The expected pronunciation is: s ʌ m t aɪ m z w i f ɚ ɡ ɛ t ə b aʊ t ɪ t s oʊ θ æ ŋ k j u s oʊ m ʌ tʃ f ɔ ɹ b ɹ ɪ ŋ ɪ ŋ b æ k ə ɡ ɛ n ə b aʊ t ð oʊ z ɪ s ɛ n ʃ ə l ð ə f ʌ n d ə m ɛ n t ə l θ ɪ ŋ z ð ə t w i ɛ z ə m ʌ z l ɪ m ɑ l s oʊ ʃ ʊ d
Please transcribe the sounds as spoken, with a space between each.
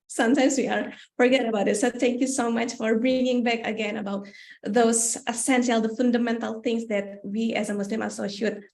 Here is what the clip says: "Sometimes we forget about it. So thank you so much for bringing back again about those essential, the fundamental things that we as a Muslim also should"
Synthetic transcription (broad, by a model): s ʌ m t aɪ m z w i f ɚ ɡ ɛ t ə b aʊ t ɪ t s oʊ t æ ŋ k j u s oʊ m ʌ tʃ f ɔ ɹ b ɹ ɪ ŋ ɪ ŋ b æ k ə ɡ ɛ n ə b aʊ t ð oʊ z ɪ s ɛ n ʃ ə l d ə f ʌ n d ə m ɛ n t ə l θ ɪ ŋ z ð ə t w i ɛ z ə m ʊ s l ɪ m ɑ s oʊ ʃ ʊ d